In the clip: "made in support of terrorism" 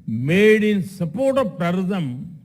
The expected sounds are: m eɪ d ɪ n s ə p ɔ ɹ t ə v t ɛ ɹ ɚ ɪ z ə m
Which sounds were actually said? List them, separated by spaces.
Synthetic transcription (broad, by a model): m eɪ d ɪ n s ə p ɔ ɹ t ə p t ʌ ɹ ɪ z ə m